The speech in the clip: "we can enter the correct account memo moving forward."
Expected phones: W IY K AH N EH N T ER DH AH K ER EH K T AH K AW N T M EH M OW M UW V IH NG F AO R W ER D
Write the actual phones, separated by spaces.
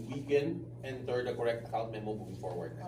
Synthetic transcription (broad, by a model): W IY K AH N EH N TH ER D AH K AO EH K T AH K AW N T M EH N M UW B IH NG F AO R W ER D